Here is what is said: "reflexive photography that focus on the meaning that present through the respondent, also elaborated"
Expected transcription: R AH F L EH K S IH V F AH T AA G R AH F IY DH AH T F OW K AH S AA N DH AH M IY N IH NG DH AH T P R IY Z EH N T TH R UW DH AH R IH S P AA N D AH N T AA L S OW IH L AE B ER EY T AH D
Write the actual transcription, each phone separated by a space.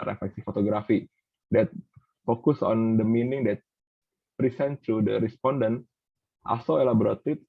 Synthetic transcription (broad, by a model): R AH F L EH K S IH F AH T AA G R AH F IY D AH T F OW K AH S AA N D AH M IY N IH NG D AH T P R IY S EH N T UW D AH R IH S P AA N D AH N T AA S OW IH L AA B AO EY T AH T